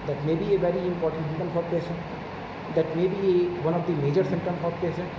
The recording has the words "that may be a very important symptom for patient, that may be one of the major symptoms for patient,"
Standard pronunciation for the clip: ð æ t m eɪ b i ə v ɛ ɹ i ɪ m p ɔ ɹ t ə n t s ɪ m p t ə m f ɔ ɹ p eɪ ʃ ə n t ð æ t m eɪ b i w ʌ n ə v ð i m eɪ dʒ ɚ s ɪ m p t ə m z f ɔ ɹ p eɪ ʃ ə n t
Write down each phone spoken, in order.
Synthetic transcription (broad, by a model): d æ t m eɪ b i ə v ɛ ɹ i ɪ m p ɔ ɹ t ə n t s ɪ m t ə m f ɔ ɹ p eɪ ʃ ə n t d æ t m eɪ b i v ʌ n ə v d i m eɪ dʒ ɚ s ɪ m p t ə m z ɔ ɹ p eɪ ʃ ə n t